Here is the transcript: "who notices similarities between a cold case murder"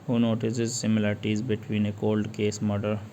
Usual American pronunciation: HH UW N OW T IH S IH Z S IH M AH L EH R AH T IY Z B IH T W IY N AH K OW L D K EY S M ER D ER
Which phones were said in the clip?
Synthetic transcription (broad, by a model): HH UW N OW T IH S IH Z S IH M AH L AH R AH T IY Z B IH T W IY N AH K OW L D K EY S M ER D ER